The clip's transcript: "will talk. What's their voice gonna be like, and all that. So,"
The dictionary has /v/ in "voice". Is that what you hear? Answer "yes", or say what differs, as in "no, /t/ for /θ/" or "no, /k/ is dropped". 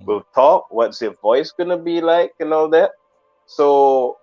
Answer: yes